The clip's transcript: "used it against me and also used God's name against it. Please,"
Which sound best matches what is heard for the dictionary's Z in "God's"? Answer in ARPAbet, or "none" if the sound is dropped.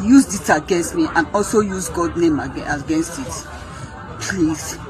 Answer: none